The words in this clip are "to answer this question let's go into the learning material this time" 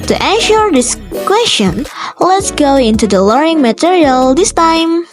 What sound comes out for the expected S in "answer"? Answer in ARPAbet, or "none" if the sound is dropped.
SH